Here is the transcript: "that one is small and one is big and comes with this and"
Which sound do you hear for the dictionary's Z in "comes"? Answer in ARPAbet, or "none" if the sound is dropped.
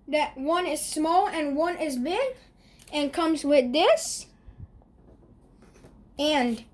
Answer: Z